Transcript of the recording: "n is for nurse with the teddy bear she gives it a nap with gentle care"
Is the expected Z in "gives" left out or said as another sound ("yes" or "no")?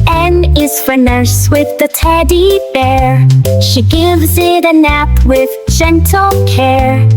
no